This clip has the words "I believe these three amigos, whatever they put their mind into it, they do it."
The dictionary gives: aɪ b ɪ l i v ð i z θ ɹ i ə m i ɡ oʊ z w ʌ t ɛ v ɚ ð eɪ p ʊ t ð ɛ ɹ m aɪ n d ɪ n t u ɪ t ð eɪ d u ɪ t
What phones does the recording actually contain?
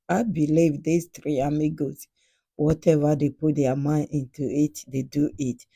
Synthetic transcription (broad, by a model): aɪ b ɪ l i v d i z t ɹ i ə m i ɡ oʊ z w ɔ t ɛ v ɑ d eɪ p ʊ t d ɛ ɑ m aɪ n ɪ n t u ɪ t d eɪ d u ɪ t